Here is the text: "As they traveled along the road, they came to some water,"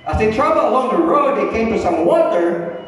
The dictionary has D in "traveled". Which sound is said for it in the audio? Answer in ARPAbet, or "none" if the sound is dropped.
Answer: none